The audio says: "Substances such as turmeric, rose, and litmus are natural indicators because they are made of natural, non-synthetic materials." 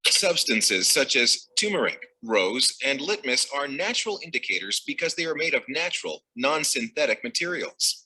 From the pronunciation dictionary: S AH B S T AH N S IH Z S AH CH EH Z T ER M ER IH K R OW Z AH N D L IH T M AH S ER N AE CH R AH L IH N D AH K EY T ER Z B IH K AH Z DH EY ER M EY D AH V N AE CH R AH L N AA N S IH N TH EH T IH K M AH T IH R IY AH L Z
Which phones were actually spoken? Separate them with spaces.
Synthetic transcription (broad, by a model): S AH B S T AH N S IH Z S AH CH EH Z T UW M ER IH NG R OW Z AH N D L IH T M AH S ER N AE CH R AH L IH N D AH K EY T ER Z B IH K AH Z DH EY ER M EY D AH V N AE CH R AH L N AA N S IH N TH EH T IH K M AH T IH R IY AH L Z